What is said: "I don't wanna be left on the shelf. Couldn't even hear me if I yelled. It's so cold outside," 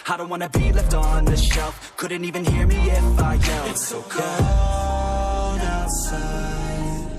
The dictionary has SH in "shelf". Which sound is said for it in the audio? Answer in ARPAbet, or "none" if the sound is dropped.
SH